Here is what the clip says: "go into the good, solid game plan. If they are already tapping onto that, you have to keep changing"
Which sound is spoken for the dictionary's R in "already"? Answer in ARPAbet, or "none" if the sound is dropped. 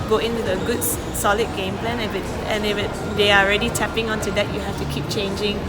R